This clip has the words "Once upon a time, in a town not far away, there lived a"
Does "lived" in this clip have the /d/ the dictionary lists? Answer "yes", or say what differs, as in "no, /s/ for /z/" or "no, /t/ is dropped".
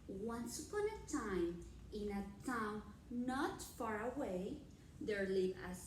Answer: no, /d/ is dropped